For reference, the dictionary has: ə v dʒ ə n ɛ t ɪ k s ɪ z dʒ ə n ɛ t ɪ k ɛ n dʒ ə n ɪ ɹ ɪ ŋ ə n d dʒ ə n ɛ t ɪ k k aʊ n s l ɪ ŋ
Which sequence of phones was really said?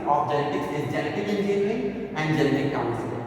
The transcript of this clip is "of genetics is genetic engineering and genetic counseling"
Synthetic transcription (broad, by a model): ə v dʒ ə n ɛ t ɪ k s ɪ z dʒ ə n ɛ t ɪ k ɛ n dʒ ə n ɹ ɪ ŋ ə n d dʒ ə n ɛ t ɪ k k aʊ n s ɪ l